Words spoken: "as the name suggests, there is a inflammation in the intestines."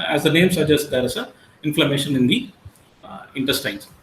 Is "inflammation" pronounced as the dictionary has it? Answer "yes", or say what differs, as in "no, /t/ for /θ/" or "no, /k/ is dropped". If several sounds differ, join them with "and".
yes